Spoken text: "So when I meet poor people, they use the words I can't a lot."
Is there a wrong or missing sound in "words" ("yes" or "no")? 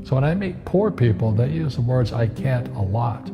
no